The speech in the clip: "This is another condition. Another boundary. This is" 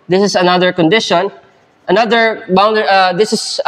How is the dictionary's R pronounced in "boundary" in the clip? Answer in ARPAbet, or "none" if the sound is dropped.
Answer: none